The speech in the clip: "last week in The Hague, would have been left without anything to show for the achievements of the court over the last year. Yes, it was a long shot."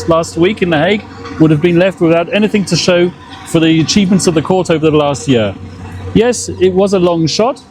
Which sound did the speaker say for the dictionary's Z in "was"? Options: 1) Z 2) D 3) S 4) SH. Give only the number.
1